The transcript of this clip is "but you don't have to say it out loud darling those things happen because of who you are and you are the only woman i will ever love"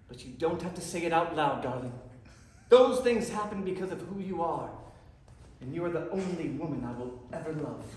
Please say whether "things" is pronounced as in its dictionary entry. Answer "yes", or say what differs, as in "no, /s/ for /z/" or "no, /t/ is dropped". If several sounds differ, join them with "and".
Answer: yes